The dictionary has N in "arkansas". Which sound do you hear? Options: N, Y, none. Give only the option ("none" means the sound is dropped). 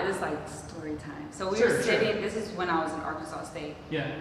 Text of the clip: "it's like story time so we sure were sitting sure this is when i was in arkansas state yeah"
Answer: none